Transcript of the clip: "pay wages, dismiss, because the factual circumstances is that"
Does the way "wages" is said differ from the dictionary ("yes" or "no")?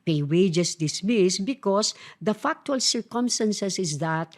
yes